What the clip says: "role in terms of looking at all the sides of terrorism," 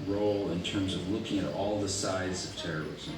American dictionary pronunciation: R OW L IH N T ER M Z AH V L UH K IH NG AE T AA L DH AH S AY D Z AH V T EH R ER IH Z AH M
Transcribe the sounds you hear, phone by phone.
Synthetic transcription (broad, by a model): R OW L IH N T ER M Z AH V L UH K IH NG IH T AA L DH AH S AY D Z AH V T EH R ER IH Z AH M